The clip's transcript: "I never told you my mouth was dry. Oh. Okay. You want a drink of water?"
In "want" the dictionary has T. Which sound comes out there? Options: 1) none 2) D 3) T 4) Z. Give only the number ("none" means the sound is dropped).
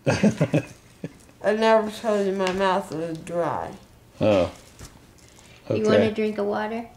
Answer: 1